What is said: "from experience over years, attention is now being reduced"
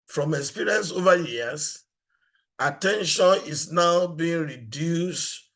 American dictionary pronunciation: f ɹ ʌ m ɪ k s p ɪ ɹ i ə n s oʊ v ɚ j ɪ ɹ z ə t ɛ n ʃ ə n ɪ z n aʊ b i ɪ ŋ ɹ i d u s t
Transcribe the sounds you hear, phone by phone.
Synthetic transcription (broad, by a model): f ɹ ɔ m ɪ k s p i ɹ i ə n s oʊ v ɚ j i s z ə t ɛ n ʃ ə n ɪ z n aʊ b i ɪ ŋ ɹ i d u s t